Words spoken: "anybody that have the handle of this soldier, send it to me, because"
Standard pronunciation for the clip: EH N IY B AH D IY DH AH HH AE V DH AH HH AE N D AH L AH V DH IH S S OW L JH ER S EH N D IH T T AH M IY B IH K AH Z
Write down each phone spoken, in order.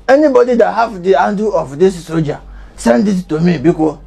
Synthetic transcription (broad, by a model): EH N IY B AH D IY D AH HH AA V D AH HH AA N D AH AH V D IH S S OW JH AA S EH N D IH T T AH M IY B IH K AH